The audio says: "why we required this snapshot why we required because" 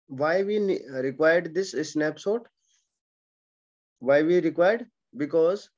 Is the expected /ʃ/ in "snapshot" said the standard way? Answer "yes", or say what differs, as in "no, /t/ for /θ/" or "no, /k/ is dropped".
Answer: no, /s/ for /ʃ/